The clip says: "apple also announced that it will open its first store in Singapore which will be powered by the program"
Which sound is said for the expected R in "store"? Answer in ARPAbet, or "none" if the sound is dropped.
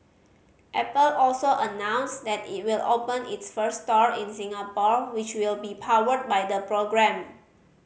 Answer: R